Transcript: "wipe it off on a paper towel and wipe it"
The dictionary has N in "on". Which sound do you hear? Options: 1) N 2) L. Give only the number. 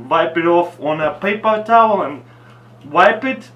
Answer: 1